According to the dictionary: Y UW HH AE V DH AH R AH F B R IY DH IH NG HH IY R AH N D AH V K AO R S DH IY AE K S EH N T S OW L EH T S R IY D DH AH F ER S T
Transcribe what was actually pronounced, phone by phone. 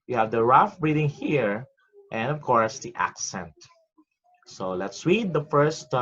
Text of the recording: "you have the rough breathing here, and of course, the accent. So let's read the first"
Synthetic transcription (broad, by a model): Y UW HH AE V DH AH R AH F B R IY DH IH NG HH IY R AH N D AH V K AO R S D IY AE K S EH N T S OW L EH T S W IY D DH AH F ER S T